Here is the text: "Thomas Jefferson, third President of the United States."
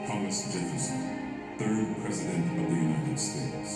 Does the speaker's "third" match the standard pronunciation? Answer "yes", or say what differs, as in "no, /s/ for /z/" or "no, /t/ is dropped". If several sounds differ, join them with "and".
yes